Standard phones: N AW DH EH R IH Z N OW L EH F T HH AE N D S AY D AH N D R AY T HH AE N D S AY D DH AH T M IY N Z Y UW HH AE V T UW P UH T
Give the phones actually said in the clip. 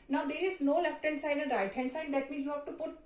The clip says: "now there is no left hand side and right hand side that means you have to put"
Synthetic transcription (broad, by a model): N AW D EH R IH Z N OW L EH F T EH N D S AY D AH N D R AY T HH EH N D S AY D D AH T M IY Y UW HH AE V T UW P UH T